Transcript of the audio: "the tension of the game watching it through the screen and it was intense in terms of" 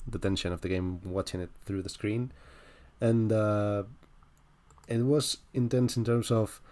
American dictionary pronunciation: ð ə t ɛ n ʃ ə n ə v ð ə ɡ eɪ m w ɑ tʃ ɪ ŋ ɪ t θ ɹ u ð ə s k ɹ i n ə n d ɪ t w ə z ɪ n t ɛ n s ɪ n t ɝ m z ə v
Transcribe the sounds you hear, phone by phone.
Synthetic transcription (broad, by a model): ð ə t ɛ n ʃ ə n ə v ð ə ɡ eɪ m w ɑ tʃ ɪ ŋ ɪ t θ ɹ u ð ə s k ɹ i n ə n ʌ ɪ t w ə z ɪ n t ɛ n s ɪ n t ɝ m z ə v